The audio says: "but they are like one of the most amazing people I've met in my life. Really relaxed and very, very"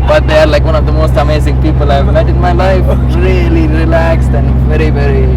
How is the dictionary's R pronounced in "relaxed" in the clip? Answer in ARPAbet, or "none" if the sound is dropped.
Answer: R